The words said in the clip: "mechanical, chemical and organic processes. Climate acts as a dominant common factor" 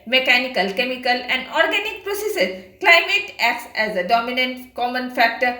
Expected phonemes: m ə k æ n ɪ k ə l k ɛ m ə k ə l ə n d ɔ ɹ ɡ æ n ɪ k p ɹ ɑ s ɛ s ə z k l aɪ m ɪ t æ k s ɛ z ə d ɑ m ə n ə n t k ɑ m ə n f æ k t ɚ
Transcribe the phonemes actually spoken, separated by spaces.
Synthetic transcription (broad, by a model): m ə k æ n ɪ k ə l k ɛ m ə k ə l ə n d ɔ ɹ ɡ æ n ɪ k p ɹ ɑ s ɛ s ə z k l aɪ m ɪ t æ k s ɛ z ə d ɑ m ə n ə n t k ɑ m ə n f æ k t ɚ